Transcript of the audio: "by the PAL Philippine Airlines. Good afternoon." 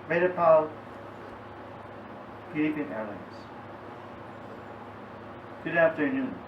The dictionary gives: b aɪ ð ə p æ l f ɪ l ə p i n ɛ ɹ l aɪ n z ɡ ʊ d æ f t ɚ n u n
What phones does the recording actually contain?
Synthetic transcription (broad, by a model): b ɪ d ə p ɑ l p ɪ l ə p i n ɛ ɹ l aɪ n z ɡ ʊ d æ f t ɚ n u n